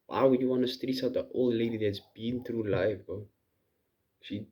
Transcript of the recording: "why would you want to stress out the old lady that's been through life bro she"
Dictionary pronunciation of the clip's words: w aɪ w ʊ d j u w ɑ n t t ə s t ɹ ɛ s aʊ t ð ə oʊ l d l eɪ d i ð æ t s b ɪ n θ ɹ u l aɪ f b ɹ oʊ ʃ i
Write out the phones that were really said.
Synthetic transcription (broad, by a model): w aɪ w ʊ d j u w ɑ n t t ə s t ɹ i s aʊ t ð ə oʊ l l eɪ d i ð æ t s b ɪ n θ ɹ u l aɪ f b oʊ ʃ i